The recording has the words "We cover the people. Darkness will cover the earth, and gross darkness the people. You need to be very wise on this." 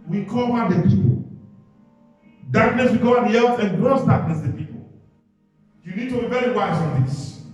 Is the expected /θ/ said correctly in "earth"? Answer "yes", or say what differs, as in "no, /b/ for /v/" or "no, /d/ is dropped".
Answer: no, /s/ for /θ/